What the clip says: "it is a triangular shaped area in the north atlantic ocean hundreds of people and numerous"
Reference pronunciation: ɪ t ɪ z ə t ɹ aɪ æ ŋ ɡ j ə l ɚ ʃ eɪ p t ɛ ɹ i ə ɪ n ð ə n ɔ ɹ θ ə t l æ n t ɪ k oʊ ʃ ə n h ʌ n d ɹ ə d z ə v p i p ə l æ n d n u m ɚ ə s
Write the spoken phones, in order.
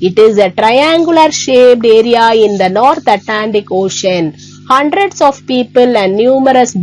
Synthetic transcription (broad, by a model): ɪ t ɪ z ə t ɹ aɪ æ ŋ ɡ j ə l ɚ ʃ eɪ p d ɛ ɹ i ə ɪ n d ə n ɔ ɹ t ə t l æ n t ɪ k oʊ ʃ ə n h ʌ n d ɹ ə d s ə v p i p ə l æ n d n u m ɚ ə s